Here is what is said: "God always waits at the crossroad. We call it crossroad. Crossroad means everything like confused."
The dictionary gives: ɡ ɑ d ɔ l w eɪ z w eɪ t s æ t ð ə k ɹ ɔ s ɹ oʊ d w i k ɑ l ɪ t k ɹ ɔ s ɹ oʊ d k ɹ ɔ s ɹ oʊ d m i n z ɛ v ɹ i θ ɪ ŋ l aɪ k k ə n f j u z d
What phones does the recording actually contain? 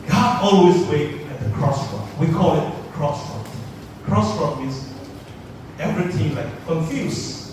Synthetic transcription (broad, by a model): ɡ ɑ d ɔ l w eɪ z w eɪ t ɛ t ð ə k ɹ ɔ s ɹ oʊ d w i k ɑ l ɪ t k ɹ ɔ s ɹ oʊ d k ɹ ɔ s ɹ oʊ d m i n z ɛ v ɹ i t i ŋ l aɪ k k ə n f j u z